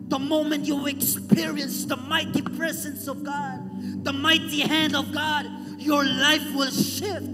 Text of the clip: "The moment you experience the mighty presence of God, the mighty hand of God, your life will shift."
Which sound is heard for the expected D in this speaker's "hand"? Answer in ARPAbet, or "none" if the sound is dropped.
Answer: D